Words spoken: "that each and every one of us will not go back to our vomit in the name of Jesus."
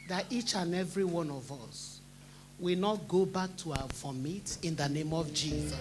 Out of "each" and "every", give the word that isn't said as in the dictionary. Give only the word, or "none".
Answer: none